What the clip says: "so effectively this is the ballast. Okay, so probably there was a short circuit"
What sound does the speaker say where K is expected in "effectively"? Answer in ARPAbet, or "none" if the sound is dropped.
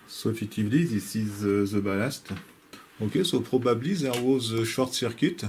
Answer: none